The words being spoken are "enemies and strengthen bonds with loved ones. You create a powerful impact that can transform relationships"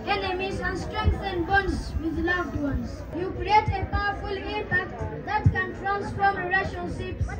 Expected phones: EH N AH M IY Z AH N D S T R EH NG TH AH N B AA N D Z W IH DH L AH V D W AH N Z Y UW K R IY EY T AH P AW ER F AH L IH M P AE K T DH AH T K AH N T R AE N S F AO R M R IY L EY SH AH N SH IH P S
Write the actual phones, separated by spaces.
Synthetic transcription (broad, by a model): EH N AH M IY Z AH N S T R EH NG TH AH N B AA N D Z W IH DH L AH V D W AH N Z Y UW K R IY EY T AH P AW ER F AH L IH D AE T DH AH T K AH N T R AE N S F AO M R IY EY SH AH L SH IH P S